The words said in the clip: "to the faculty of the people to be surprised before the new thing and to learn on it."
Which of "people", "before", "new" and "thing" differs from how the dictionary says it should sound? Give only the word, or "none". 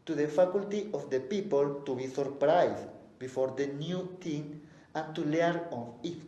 thing